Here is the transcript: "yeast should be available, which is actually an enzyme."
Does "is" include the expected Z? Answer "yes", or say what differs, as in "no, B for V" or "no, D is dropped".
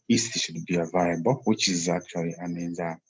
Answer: yes